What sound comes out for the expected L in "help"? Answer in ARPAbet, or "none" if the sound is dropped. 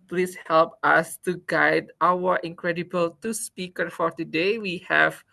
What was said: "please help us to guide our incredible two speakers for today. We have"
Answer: L